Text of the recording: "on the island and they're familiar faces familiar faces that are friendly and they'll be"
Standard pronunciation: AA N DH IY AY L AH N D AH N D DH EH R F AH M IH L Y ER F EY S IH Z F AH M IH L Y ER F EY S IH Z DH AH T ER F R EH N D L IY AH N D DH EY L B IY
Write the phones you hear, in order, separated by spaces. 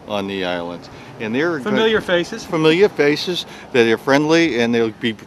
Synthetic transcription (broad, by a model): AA N DH IY AY L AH N D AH N DH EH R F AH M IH L Y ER F EY S IH Z F AH M IH L Y ER F EY S IH Z DH AH T ER F R EH N D L IY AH N DH EY L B IY